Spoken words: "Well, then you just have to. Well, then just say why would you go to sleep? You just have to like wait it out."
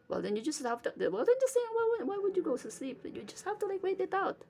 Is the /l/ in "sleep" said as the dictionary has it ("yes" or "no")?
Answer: yes